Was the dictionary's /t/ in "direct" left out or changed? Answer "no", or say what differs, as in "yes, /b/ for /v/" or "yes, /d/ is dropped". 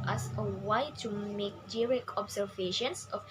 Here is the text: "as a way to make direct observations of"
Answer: yes, /t/ is dropped